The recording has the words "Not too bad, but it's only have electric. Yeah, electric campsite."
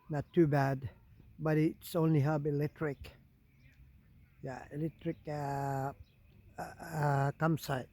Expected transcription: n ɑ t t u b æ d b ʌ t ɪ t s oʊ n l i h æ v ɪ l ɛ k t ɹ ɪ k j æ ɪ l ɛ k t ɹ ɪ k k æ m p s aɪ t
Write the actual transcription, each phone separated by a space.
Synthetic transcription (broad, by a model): n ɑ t t u b æ d b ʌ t ɪ t s oʊ n l i h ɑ b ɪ l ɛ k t ɹ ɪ k j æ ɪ l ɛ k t ɹ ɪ k k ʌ m s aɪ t